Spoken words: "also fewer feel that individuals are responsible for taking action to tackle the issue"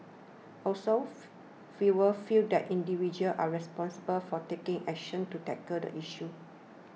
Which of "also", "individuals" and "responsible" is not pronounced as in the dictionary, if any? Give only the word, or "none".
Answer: individuals